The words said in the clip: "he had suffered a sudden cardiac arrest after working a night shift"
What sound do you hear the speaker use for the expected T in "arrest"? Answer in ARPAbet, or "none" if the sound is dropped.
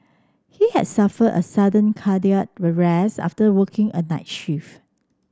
none